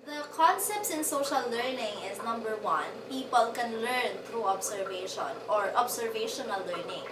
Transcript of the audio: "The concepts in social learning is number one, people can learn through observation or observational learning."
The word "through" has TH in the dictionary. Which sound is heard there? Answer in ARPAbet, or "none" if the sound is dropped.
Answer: T